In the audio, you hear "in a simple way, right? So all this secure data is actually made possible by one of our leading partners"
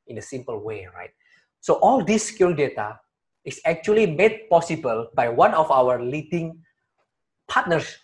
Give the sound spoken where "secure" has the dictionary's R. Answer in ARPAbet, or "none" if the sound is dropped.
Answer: L